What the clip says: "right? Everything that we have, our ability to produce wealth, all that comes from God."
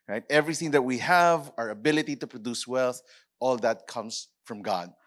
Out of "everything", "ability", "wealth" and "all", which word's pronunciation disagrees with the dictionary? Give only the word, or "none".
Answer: none